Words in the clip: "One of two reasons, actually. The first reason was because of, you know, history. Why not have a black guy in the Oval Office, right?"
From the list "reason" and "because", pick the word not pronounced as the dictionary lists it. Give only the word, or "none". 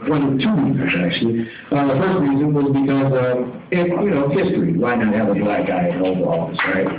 none